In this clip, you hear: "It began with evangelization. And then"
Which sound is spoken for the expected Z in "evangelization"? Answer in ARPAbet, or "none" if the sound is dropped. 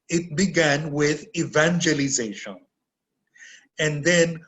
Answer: Z